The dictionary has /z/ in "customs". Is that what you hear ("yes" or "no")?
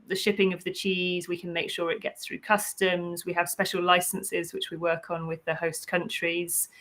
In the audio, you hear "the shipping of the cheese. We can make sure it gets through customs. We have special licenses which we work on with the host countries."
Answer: yes